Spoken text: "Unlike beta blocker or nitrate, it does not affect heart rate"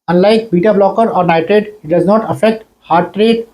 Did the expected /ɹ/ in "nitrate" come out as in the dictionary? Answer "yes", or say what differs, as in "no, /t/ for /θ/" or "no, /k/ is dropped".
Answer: no, /ɹ/ is dropped